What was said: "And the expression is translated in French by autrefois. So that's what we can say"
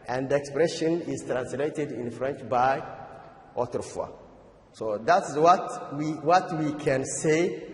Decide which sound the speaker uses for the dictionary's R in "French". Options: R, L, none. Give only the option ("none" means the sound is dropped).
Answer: R